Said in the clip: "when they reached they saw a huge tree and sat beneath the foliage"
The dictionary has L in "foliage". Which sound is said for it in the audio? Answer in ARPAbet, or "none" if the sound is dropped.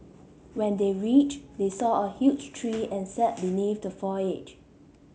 none